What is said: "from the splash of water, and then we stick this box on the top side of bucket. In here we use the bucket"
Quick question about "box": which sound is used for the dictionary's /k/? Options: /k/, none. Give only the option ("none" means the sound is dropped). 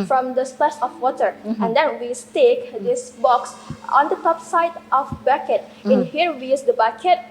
/k/